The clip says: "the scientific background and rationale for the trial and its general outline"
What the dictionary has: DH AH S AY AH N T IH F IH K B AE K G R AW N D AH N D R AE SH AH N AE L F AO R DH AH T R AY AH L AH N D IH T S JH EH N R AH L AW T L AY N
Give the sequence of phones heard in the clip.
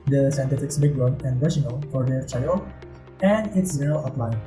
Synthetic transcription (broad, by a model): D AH S AY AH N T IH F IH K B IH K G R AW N AH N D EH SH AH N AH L F AO R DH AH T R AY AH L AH N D IH T S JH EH R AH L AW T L AY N